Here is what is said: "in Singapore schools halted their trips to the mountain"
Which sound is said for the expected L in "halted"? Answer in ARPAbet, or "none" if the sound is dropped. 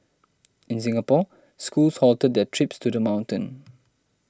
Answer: L